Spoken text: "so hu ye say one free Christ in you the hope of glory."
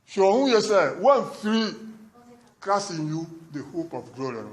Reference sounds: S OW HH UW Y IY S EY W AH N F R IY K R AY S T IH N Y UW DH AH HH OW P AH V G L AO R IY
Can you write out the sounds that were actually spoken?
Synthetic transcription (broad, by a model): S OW HH UW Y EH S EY W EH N F R IY K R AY S IH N Y UW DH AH HH OW P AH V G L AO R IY